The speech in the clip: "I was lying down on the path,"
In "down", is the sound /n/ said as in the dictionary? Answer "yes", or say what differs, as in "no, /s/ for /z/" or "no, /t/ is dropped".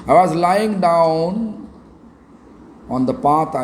yes